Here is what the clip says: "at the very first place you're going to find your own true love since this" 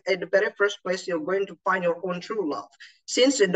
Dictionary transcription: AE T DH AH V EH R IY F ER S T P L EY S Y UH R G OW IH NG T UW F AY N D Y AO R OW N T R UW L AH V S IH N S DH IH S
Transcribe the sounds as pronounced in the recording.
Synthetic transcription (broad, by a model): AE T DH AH B EH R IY F ER S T P L EY S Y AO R G OW IH NG T UW F AY N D Y AO R OW N T R UW L AH V S IH N S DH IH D